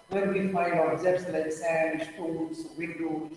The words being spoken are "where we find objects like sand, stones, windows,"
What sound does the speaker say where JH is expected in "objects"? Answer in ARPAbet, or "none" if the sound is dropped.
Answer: Z